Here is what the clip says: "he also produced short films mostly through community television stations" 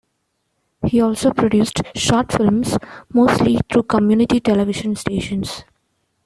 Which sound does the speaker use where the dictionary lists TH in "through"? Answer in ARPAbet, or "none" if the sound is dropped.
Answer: T